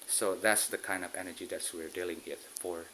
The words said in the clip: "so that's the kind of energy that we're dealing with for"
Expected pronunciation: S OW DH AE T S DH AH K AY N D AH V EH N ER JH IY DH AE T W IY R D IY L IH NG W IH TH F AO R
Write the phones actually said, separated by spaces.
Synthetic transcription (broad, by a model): S OW DH AE T S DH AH K AY N D AH V EH N ER JH IY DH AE T W IY R D IY L IH NG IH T F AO R